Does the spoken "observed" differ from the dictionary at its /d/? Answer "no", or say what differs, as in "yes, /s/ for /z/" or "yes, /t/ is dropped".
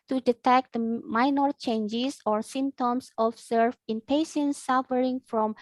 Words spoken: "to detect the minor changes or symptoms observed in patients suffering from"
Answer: yes, /d/ is dropped